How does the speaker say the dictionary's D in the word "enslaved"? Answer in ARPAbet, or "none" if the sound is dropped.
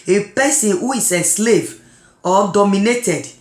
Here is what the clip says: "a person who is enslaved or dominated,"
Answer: none